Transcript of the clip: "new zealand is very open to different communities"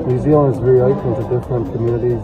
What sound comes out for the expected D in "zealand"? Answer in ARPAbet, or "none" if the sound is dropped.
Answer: none